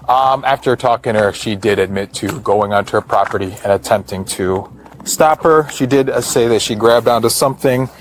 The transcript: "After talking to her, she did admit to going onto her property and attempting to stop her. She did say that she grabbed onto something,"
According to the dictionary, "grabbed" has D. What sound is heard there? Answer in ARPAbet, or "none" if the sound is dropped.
D